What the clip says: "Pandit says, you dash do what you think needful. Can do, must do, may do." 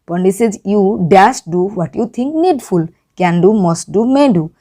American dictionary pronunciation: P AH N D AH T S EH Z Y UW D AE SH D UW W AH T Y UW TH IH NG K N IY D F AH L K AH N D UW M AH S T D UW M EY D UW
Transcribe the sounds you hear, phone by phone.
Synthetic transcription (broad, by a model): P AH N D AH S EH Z Y UW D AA S D UW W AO T Y UW T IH NG K N IY D F AH L K AH N D UW M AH S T D UW M EY D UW